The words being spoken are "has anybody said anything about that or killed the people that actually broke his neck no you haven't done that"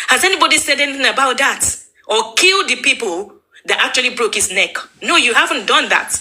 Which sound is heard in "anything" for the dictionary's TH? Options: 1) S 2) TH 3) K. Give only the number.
2